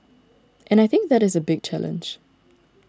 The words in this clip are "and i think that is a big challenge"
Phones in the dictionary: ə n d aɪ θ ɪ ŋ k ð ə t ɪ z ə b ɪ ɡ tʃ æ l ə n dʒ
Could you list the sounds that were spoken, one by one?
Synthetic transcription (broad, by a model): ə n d aɪ θ ɪ ŋ k ð ə t ɪ z ə b ɪ ɡ tʃ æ l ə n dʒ